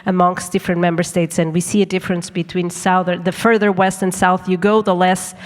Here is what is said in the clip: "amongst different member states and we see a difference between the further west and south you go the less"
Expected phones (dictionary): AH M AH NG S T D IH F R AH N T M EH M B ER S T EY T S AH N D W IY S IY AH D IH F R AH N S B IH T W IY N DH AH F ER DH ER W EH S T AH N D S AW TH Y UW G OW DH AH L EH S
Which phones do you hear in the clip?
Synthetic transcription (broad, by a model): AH M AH NG S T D IH F R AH N M EH M B ER S T EY T S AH N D W IY S IY AH D IH F R AH N S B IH T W IY N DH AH F ER DH ER W EH S T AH N S AW TH Y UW G OW DH AH L EH S